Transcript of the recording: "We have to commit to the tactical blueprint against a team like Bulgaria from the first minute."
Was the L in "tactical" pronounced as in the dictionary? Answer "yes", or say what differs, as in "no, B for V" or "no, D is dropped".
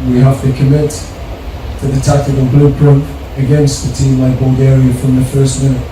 no, N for L